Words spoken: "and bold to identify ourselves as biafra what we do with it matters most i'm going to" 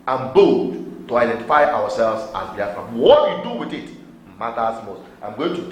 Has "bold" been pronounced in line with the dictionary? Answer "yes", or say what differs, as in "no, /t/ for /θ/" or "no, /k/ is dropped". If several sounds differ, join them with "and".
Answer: no, /l/ is dropped